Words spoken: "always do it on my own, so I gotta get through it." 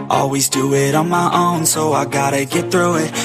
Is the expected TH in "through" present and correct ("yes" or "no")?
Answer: yes